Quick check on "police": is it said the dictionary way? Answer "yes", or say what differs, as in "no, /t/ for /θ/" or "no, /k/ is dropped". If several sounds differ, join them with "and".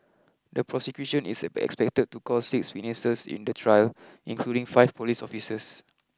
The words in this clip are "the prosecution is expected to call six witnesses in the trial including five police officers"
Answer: yes